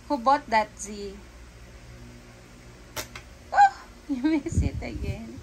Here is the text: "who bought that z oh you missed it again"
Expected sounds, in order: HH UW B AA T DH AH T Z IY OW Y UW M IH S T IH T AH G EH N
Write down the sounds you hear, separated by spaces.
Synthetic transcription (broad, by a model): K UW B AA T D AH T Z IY OW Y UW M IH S IH T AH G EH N